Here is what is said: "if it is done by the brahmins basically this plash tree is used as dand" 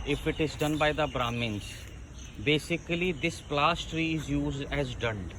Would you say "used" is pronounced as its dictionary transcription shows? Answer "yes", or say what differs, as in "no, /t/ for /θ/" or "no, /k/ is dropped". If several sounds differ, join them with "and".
yes